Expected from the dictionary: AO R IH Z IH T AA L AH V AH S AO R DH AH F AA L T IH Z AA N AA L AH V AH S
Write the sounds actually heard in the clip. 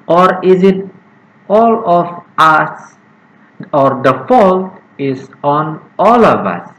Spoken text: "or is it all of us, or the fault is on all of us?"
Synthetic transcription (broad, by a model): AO R IH Z IH T AA L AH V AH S AO R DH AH F AA L T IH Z AA N AA L AH V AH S